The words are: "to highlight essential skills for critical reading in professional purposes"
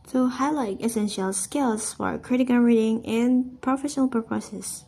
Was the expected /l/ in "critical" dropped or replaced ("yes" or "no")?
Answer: yes